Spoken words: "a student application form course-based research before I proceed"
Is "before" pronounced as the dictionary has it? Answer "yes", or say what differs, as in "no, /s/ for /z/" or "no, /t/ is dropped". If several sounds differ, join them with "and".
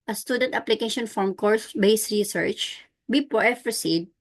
no, /p/ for /f/